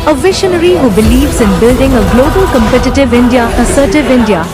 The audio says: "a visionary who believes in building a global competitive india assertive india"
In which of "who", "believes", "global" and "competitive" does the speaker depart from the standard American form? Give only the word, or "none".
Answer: none